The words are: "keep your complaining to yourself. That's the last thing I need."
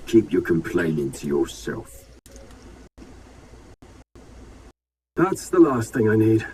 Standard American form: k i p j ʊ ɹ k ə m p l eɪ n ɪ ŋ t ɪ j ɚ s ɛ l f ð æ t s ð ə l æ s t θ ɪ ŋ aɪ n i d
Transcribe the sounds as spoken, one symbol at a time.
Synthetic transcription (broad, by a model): k i p j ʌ ɹ k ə m p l eɪ n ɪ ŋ t ɪ j ɚ s ɛ l f ð æ t s ð ə l æ s t θ ɪ ŋ aɪ n i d